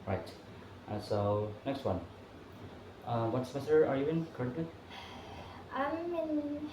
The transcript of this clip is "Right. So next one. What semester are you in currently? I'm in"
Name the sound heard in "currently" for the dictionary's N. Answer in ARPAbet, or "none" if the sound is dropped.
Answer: none